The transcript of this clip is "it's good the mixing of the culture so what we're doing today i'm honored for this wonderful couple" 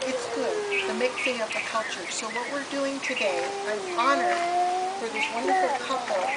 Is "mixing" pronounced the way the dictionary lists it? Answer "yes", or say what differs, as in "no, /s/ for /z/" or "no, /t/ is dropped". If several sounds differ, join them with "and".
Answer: no, /θ/ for /s/